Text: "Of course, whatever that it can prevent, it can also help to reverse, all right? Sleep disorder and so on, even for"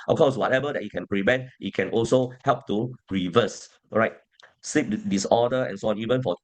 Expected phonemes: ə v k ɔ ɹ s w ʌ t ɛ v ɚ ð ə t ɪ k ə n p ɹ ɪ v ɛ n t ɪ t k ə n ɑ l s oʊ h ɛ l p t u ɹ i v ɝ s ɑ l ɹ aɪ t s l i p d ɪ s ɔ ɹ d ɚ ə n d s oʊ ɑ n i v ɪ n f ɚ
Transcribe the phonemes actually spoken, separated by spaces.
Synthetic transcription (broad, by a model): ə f k ɔ s w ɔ t ɛ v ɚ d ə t ɪ k ə n p ɹ ɪ v ɛ n t ɪ t k ə n ɑ l s oʊ h ɛ l p t u ɹ i v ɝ s ɹ aɪ t s i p d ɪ s ɔ d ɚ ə n s oʊ ɑ n i v ɪ n f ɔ